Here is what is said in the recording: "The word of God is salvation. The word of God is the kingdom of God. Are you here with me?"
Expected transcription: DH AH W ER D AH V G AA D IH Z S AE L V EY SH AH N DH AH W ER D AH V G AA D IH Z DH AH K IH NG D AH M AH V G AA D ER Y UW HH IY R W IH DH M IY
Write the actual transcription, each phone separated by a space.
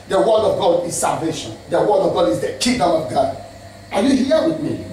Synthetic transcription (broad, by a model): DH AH W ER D AH V G AA D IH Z S AE L V EY SH AH N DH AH W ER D AH V G AA D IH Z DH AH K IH D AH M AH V G AA D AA Y UW HH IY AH W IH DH M IY